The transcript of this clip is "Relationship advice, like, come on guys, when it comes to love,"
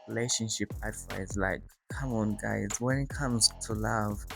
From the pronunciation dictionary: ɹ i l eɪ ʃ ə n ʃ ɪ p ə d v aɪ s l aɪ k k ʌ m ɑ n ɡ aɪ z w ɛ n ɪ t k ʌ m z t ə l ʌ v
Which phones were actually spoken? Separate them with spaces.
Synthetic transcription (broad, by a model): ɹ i l eɪ ʃ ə n ʃ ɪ p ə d f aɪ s l aɪ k k ʌ m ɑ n ɡ aɪ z w ɛ n ɪ t k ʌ m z t ə l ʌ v